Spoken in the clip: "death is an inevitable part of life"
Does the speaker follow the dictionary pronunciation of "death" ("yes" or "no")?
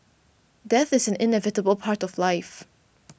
yes